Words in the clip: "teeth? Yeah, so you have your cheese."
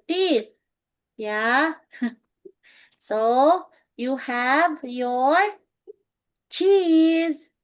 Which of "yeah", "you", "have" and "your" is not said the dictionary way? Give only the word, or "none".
none